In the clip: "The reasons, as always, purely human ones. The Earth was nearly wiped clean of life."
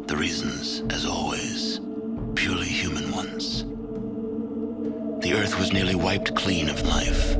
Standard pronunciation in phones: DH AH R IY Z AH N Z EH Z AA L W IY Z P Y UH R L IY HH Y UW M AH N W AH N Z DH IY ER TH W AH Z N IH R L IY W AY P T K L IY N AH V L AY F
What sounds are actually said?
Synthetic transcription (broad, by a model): DH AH R IY Z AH N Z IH Z AA L W IY Z P Y UH R L IY HH Y UW M AH N W AH N Z DH IY ER TH W AH Z N IH R L IY W AY P T K L IY N AH V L AY F